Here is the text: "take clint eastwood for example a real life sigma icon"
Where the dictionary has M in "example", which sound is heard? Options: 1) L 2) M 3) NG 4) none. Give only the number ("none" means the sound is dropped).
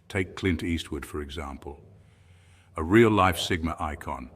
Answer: 2